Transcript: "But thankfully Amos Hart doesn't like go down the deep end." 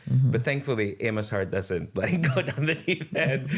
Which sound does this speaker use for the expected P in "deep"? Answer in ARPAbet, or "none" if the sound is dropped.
F